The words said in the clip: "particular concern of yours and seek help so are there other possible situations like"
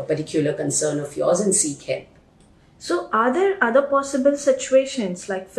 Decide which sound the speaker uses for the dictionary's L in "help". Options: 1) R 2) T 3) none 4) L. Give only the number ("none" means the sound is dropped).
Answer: 3